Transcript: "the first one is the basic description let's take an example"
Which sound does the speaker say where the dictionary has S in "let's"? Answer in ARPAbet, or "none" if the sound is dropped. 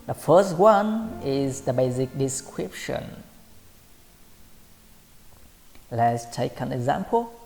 S